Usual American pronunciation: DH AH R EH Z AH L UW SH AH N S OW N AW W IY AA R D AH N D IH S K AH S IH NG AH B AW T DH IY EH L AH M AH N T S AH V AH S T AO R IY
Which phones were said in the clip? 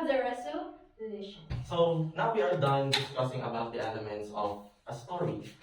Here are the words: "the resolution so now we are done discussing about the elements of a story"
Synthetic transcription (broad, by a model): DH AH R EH S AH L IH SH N S OW N AW W IY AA R D AH N D IH S K AH S IH NG AH B AW T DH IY EH L AH M AH N T S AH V AH S T AO R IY